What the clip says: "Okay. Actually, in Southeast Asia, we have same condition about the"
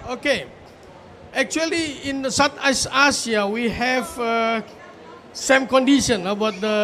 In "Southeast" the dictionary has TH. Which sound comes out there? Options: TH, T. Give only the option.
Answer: T